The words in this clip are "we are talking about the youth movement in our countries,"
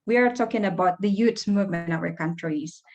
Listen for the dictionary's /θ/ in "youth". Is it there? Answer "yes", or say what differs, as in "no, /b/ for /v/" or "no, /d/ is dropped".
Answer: no, /s/ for /θ/